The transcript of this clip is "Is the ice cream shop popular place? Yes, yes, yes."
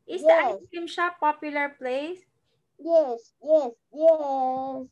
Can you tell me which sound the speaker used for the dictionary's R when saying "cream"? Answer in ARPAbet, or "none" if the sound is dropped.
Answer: none